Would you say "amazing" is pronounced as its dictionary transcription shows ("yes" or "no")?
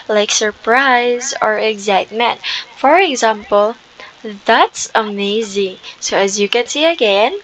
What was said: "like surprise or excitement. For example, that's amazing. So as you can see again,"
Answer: yes